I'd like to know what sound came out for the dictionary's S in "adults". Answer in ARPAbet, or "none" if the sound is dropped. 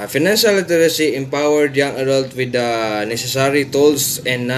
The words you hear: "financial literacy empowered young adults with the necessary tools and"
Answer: none